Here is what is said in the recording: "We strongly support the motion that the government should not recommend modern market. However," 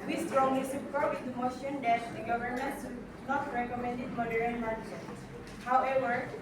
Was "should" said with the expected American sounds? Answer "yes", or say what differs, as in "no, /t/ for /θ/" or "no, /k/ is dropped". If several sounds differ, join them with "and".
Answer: no, /s/ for /ʃ/